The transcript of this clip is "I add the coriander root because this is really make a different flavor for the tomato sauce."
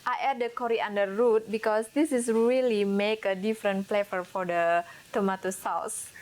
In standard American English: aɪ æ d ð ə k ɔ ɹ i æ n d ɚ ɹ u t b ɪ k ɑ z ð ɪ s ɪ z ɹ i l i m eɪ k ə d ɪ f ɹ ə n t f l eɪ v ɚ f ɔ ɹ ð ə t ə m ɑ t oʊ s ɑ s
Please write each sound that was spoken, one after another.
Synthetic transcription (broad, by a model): aɪ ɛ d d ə k ɔ ɹ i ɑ n d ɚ ɹ u t b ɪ k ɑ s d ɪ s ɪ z ɹ i l i m eɪ k ə d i f ɹ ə n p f l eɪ f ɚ f ɔ ɹ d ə t ə m ɑ t oʊ s ɑ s